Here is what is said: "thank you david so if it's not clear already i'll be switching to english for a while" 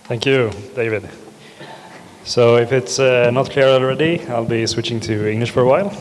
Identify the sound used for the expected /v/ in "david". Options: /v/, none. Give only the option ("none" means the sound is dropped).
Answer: /v/